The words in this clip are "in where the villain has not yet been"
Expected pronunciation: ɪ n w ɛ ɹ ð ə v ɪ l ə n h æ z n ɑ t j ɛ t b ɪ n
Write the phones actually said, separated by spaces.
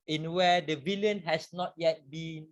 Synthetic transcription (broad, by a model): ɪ n w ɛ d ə v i l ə n h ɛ s n ɑ t j ɛ t b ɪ n